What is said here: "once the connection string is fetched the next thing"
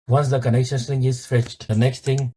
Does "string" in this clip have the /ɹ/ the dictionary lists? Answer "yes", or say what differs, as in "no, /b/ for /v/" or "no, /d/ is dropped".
no, /ɹ/ is dropped